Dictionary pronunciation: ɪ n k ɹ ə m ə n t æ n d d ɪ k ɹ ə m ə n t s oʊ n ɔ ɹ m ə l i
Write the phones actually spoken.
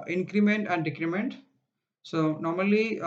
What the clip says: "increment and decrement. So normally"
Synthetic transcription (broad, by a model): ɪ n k ɹ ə m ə n t æ n d d ɪ k ɹ ə m ə n t s oʊ n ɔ ɹ m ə l i